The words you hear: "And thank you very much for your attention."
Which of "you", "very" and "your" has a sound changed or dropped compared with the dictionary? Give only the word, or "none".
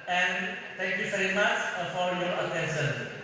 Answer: very